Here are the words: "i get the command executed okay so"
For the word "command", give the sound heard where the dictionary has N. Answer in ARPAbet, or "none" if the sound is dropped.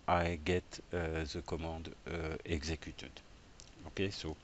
none